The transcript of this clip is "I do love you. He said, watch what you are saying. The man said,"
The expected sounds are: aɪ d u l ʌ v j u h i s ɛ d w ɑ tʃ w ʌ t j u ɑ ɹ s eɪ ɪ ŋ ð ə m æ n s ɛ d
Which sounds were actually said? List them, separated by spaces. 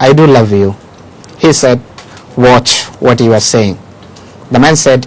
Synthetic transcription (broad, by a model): aɪ d u l ʌ v j u h i s ɛ d w ɑ tʃ w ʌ t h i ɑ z s eɪ ɪ ŋ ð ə m æ n s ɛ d